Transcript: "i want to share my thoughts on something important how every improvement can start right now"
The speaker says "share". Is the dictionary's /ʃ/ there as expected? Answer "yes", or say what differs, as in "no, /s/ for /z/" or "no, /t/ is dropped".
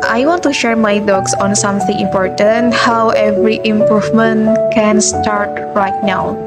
yes